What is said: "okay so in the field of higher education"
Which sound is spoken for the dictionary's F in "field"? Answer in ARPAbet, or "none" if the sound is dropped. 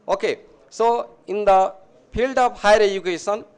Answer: P